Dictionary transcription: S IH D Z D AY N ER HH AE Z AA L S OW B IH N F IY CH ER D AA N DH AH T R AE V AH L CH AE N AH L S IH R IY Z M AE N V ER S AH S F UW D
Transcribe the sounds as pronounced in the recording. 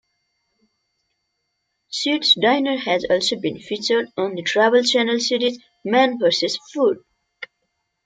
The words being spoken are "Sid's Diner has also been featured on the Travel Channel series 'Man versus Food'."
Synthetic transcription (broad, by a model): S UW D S D AY N ER HH AE Z AA L S OW B IH N F IY CH ER D AA N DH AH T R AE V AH L CH AE N AH L S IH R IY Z M AE N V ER S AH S F UW D